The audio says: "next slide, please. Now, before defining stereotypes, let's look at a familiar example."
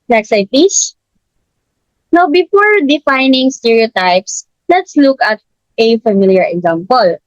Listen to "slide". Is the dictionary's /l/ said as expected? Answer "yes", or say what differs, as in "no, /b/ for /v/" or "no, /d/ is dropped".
no, /l/ is dropped